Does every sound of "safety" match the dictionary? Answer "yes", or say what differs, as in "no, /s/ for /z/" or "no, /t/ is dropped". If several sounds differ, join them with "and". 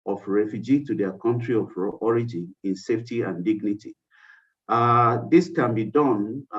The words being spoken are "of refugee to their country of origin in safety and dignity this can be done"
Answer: yes